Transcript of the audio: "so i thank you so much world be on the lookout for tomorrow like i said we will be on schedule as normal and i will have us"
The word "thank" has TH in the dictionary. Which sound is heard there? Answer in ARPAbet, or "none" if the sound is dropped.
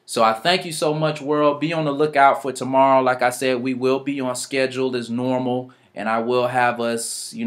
TH